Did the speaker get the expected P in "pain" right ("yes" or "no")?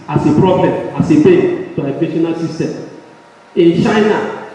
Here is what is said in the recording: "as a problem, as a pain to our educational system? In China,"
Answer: no